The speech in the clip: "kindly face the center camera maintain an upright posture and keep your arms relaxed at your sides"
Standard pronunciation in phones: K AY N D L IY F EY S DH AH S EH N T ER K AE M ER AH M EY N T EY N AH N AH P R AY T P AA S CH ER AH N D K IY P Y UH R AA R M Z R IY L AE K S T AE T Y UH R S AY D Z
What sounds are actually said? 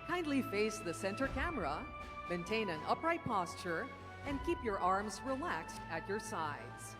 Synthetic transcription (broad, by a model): K AY N D L IY F EY S DH AH S EH N T ER K AE M ER AH M EY N T EY N AH N AH P R AY T P AA S CH ER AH N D K IY P Y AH R AA R M Z R IY L AE K S T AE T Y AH R S AY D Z